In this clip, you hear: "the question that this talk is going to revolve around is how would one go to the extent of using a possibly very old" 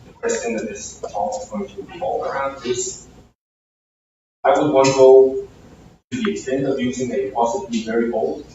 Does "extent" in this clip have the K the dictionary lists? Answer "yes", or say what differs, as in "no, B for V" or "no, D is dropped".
yes